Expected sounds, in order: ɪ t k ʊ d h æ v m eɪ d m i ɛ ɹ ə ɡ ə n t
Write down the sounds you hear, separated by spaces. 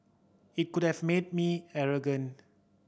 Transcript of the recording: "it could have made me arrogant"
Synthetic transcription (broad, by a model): ɪ t k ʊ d h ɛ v m eɪ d m i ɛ ɹ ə ɡ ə n